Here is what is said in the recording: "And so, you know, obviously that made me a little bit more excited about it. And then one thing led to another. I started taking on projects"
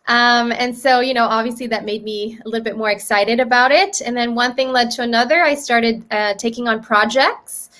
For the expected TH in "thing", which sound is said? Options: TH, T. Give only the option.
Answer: TH